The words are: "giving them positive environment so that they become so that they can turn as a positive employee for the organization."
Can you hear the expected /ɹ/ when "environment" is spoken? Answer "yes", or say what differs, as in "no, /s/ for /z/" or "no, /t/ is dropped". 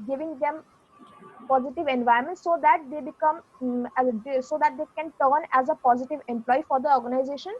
no, /ɹ/ is dropped